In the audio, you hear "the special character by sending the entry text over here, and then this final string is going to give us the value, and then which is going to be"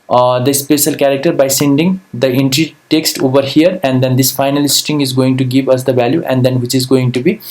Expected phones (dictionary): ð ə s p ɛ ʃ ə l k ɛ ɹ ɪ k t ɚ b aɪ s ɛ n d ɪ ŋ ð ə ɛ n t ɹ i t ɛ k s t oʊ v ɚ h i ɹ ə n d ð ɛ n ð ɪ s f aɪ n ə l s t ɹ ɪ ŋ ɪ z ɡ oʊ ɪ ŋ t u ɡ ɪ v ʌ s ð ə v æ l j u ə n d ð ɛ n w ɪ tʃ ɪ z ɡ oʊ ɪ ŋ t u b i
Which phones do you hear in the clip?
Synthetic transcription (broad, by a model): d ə s p ɛ ʃ ə l k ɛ ɹ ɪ k t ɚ b aɪ s ɛ n d ɪ ŋ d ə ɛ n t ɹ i t ɛ k s t oʊ v ɚ h i ɹ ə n d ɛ n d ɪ s f aɪ n ə l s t ɪ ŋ ɪ z ɡ oʊ ɪ ŋ t u ɡ ɪ v ʌ s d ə v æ l j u ə n d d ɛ n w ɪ tʃ ɪ z ɡ oʊ ɪ ŋ t u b i